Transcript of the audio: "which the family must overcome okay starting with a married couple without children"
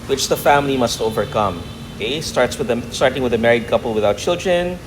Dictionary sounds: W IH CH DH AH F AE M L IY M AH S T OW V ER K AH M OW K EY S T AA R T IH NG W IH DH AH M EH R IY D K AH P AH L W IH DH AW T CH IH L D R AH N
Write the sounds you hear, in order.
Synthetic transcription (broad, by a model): W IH CH DH AH F AE M L IY M AH S T OW V ER K AH M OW K EY S T AA R T IH NG W IH DH AH M EH R IY D K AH P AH L W IH DH AW T CH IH L D R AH N